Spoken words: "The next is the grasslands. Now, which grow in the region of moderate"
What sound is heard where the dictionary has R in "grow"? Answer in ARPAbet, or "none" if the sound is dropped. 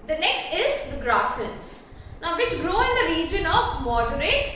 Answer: R